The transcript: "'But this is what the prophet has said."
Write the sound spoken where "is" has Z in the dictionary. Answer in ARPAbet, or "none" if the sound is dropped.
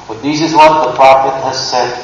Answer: Z